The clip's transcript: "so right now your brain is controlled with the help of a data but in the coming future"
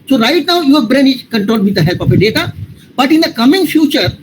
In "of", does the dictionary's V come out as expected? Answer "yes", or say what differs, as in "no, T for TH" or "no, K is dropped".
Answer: no, P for V